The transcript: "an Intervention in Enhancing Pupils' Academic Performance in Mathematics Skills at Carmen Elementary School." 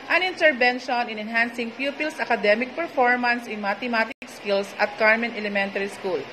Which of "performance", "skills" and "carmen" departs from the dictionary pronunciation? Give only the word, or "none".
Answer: skills